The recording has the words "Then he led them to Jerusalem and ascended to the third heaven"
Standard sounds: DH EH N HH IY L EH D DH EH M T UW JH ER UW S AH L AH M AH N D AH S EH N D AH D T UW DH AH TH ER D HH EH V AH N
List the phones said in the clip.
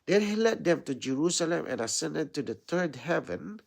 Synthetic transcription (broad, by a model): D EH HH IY L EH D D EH M T UW JH ER UW S AH L AH M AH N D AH S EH N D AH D T UW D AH T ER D HH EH V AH N